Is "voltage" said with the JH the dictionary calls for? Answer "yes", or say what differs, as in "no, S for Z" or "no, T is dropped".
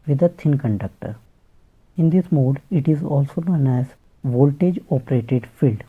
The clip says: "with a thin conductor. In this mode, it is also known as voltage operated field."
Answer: yes